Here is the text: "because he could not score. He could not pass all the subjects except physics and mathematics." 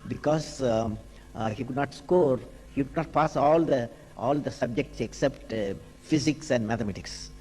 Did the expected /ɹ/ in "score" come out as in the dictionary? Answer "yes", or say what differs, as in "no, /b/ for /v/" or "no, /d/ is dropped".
yes